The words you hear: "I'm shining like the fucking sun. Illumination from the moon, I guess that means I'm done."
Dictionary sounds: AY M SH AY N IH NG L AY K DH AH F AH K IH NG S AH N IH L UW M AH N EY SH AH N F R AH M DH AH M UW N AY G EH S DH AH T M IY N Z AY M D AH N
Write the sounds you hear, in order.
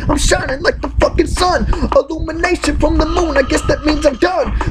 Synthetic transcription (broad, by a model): AY M SH AY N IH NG L AY K DH AH F AH K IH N S AH N IH L UW M AH N EY SH AH N F R AH M DH AH M UW N AY G EH S DH AH T M IY N Z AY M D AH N